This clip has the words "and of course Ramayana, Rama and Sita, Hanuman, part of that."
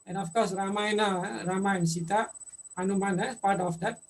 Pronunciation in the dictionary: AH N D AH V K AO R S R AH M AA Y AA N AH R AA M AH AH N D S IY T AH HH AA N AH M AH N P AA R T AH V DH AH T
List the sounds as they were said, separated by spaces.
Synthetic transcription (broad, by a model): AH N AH F K AO R S R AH M AA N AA AH R AA M AH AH N S IY T AH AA N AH M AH N P AA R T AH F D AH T